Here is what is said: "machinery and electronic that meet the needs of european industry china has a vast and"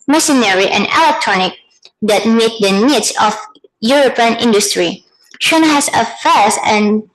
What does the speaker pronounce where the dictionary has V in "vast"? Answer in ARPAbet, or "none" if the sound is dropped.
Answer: F